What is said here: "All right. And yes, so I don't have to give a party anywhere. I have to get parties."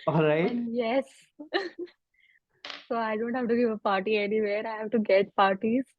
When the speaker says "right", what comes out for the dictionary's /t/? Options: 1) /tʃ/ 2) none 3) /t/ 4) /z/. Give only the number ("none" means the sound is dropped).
2